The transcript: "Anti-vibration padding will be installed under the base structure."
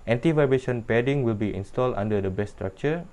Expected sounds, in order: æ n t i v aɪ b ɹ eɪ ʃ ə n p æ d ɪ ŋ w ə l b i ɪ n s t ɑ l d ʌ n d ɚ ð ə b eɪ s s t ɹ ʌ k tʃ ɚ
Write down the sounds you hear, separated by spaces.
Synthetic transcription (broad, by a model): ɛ n t i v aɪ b eɪ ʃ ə n p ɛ d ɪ ŋ w ə l b i ɪ n s t ɑ l d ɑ n d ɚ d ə b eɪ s s t ɹ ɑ k tʃ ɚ